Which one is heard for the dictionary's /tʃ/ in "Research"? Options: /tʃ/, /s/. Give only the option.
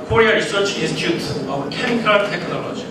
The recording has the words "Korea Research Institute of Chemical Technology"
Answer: /tʃ/